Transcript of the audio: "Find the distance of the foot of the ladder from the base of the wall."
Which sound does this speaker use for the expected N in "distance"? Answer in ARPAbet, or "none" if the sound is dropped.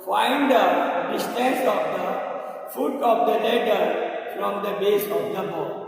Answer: none